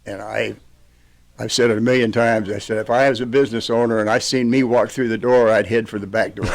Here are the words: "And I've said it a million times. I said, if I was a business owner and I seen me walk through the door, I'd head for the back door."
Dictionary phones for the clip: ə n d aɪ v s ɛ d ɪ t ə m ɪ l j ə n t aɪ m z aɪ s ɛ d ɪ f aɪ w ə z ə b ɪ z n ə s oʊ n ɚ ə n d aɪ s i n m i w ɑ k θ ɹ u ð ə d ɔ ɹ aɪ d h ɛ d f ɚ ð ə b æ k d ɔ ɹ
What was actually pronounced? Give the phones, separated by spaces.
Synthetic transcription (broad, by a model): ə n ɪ aɪ v s ɛ d ɪ t ə m ɪ l j ə n t aɪ m z aɪ s ɛ d ɪ f aɪ w ə z ə b ɪ z n ə s oʊ n ɚ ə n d aɪ s i n m i w ɑ k θ ɹ u ð ə d ɔ ɹ aɪ d h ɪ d f ɚ ð ə b æ k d ɔ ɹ